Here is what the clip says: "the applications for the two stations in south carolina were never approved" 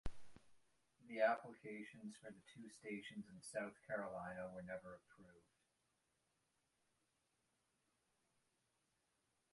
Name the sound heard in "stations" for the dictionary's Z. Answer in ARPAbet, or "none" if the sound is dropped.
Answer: Z